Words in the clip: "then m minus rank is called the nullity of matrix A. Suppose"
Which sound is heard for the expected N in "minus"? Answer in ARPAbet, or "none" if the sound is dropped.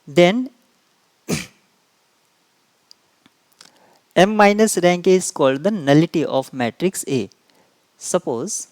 N